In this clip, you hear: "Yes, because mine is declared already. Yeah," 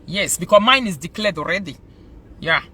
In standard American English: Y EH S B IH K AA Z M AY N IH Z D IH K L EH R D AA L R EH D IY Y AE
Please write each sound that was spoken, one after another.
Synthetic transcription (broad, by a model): Y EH S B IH K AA M AY N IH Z D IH K L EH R D AA L R EH D IY Y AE